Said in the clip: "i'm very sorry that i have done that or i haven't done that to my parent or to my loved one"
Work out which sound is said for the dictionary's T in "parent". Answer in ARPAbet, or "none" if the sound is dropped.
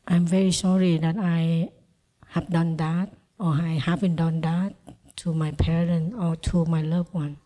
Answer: none